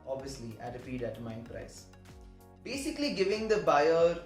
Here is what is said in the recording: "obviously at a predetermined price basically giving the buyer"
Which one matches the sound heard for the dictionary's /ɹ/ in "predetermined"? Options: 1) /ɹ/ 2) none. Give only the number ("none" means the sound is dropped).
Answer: 2